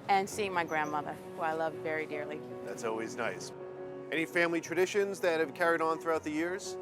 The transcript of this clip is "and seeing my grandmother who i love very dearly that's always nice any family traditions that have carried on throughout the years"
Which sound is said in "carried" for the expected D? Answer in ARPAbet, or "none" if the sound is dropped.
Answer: D